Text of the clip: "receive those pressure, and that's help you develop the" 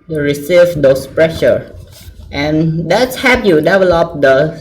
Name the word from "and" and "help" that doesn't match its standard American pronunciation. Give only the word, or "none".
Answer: help